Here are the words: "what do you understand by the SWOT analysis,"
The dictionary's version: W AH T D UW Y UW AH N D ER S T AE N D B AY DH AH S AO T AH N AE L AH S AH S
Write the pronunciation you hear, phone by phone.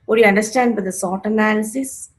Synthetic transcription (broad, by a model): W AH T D Y UW AH N D ER S T AE N D B AY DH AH S AO T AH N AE L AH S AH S